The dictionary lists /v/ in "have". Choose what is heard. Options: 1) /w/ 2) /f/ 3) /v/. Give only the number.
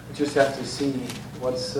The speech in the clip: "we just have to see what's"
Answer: 2